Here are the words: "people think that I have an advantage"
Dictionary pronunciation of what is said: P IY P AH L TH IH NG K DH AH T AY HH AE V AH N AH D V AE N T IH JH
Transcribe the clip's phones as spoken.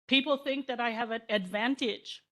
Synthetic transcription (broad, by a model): P IY P L TH IH NG K DH AH T AY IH V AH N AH D V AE N T IH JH